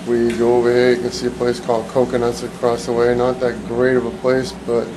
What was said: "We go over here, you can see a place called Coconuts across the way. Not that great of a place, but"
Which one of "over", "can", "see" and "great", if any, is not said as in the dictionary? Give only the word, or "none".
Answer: none